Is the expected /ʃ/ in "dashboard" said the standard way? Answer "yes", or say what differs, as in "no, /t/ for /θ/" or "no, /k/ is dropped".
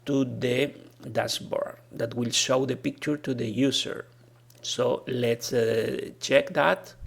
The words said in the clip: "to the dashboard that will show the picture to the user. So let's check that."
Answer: no, /s/ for /ʃ/